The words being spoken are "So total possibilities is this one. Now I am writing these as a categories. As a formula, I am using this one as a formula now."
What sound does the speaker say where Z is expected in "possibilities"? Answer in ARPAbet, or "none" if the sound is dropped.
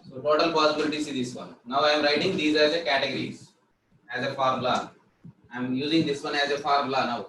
S